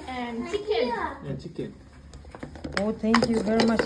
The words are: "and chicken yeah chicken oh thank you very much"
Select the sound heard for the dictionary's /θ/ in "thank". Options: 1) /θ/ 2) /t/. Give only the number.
2